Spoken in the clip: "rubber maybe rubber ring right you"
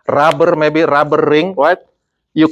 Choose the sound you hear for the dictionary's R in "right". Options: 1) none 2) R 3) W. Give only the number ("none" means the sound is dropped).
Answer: 3